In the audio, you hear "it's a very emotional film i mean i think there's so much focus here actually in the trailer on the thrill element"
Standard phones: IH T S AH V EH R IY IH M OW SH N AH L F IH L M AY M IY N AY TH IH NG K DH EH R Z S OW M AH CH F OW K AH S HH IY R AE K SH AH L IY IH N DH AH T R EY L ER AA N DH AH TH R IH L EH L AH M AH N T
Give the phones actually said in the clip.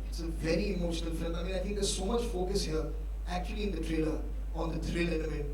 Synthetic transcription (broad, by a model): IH T S AH V EH R IY IH M OW SH N AH L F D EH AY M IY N AY T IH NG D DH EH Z S OW M AH CH F OW K AH S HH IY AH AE K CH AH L IY IH N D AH T R EY L ER AA N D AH T R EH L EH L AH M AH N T